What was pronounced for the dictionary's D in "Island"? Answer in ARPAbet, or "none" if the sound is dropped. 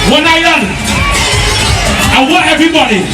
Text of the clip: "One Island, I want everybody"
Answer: none